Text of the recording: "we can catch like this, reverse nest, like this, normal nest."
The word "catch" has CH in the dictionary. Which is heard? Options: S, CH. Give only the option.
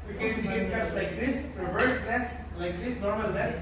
S